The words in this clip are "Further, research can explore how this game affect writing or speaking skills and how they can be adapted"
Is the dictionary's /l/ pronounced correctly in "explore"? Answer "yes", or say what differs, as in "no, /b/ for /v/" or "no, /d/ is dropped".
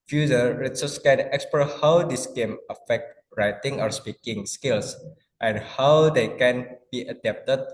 no, /l/ is dropped